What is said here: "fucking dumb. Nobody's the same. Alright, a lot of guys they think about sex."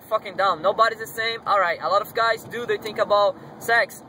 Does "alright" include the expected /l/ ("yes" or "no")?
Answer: yes